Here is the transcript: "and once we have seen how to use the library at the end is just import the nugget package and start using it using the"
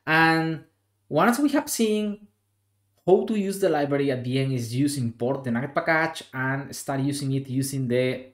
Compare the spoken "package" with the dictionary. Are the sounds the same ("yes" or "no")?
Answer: no